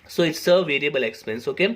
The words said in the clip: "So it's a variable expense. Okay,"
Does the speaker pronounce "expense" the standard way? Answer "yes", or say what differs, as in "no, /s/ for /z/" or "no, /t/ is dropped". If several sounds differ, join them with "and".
yes